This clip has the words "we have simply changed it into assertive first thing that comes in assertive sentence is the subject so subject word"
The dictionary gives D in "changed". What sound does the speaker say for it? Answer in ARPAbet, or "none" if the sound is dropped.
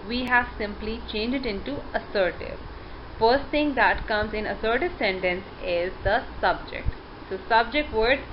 none